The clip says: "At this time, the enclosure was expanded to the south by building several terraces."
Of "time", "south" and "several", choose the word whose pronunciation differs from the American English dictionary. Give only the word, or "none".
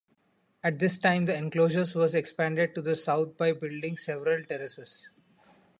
south